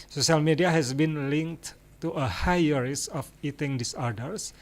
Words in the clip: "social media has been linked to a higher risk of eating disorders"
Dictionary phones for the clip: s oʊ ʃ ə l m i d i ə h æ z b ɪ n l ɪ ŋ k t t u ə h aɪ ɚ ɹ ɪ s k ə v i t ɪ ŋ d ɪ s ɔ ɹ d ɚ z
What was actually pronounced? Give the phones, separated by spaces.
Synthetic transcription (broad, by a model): s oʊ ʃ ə l m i d i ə h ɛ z b ɪ n l ɪ ŋ k t t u ə h aɪ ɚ ɹ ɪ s ə f i t ɪ ŋ d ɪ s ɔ ɹ d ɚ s